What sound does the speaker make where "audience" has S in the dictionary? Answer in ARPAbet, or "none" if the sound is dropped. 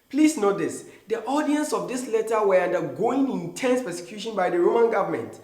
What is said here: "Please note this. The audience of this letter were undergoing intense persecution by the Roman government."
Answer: S